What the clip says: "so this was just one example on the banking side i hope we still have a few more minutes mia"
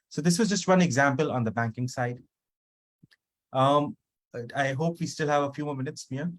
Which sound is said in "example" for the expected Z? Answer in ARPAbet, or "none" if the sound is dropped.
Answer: Z